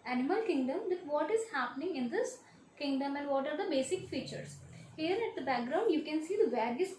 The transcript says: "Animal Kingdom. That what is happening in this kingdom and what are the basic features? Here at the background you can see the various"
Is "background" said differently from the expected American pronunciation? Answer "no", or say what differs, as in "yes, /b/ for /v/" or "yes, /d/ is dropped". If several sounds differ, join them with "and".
no